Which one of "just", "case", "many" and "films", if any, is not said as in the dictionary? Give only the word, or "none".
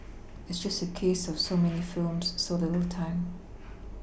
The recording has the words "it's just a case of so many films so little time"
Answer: none